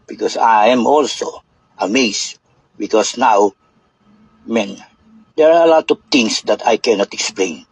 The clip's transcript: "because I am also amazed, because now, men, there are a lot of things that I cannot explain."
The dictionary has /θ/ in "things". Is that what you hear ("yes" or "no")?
no